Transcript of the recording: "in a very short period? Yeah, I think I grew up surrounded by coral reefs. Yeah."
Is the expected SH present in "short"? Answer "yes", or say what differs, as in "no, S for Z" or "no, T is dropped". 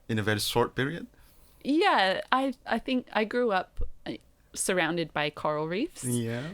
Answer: no, S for SH